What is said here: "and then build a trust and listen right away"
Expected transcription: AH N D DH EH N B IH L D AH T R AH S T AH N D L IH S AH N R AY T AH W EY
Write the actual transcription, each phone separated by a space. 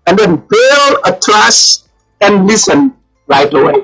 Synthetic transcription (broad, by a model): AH N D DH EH N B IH L AH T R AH S AH N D L IH S AH N R AY T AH W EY